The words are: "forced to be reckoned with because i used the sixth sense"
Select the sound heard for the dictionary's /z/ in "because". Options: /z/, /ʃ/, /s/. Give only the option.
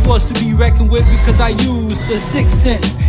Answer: /z/